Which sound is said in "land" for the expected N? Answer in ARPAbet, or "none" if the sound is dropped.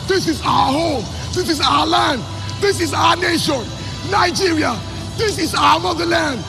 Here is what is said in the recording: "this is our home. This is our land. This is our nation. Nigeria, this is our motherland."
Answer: N